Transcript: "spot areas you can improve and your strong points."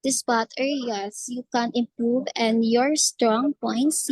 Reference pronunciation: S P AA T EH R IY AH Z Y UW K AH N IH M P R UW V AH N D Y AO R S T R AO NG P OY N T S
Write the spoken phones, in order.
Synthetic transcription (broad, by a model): S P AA T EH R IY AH S Y UW K AH N IH M P R UW V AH N Y AO R S T R AO NG P OY N T S